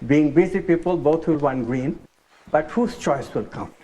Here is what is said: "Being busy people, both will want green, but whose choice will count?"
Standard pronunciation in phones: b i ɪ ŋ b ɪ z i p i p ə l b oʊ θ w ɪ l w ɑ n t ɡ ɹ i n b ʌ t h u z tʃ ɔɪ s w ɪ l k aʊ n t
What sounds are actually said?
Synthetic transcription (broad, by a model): b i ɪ ŋ b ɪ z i p i p ə l b oʊ t w ɪ l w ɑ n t ɡ ɹ i n b ʌ t h u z tʃ ɔɪ s w ɪ l k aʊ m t